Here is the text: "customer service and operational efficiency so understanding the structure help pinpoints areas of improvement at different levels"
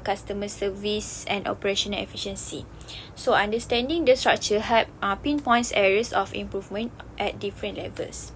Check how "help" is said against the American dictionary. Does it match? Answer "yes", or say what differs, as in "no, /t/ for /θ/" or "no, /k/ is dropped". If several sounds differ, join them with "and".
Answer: no, /l/ is dropped